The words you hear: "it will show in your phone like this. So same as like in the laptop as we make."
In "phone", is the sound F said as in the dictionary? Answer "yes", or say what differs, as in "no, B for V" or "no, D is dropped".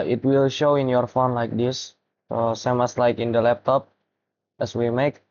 yes